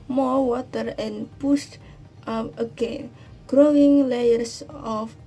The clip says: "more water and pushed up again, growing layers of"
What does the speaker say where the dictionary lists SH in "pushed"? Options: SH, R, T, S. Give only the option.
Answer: S